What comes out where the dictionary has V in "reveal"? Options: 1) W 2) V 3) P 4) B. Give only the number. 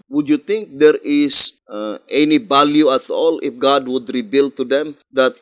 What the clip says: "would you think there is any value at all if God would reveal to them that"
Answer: 4